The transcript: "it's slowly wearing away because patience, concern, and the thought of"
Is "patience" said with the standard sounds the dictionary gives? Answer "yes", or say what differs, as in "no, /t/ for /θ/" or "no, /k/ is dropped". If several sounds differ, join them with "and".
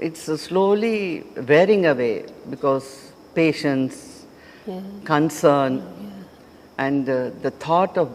yes